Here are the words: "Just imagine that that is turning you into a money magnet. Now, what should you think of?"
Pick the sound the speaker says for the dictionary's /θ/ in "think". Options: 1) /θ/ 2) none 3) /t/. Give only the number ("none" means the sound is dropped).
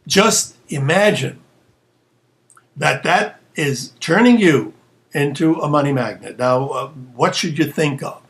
1